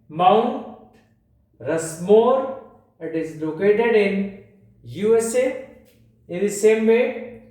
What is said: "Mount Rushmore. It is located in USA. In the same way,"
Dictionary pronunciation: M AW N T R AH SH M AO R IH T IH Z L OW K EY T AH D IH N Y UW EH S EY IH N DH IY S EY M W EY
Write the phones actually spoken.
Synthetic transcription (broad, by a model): M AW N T R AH S M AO R IH T IH Z L OW K EY T AH D IH N Y UW EH S EY IH N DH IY S EY M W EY